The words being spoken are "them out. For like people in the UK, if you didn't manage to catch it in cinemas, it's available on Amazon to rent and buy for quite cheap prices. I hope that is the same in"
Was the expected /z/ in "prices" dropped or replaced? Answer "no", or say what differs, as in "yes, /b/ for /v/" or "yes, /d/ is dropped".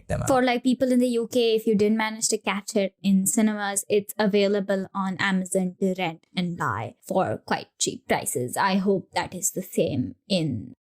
no